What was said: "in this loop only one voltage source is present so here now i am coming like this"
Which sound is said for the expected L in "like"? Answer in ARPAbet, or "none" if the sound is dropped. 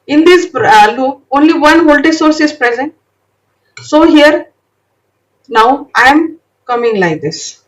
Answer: L